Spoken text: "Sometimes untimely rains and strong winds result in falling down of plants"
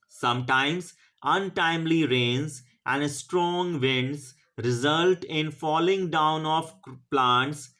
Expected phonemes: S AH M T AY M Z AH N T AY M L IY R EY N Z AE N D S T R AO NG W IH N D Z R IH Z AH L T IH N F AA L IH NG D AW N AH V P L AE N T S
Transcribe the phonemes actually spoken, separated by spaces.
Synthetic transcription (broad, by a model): S AH M T AY M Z AH N T AY M L IY R EY N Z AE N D S T R AO NG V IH N D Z R IH Z AH L T IH N F AA L IH NG D AW N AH F P L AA N T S